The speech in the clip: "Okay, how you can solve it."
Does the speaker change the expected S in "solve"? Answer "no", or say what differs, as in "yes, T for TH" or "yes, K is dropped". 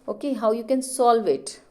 no